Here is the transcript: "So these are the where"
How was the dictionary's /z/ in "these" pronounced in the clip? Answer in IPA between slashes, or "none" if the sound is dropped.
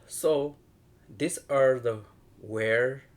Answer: /s/